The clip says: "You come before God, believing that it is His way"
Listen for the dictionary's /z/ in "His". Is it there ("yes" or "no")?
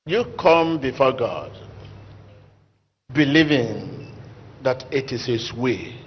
no